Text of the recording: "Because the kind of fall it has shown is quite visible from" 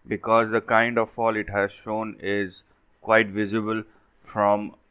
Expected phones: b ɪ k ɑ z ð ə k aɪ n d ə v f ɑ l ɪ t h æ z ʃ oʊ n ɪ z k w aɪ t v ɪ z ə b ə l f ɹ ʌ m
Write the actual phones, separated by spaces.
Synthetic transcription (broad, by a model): b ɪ k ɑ z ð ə k aɪ n d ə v f ɑ l ɪ t h æ z ʃ oʊ n ɪ z k w aɪ t v ɪ z ə b ə l f ɹ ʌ m